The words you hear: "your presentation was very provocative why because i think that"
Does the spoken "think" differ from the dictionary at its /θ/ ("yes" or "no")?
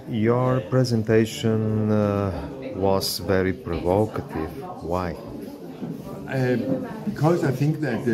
no